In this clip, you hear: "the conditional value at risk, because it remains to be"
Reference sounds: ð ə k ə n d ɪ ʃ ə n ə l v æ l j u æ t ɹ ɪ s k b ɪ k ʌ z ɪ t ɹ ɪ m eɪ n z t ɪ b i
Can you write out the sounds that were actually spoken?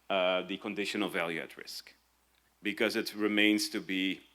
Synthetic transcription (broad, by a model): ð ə k ə n d ɪ ʃ ə n ə l v æ l j u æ t ɹ ɪ s k b ɪ k ʌ z ɪ t ɹ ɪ m eɪ n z t ɪ b i